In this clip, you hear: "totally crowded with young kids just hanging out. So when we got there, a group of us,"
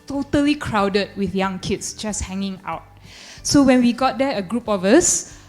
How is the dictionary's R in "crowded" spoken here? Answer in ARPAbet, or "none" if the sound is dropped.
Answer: R